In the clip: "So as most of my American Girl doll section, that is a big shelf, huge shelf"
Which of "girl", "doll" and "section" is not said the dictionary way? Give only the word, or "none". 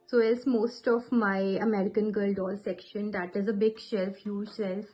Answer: none